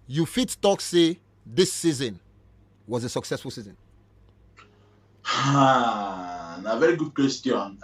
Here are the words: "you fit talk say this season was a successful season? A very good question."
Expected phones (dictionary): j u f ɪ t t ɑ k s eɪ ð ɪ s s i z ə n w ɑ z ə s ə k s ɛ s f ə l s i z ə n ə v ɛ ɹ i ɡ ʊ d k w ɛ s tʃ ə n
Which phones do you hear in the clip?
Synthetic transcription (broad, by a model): j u f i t t ɑ k s eɪ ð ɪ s s i z ə n w ɑ z ə s ə k s ɛ s f ə l s i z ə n ə v ɛ ɹ i ɡ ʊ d k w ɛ s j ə n